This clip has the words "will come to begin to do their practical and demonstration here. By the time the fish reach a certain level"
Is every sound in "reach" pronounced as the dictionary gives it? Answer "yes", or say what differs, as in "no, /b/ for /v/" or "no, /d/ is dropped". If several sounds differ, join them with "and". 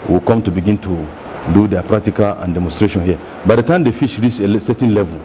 no, /s/ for /tʃ/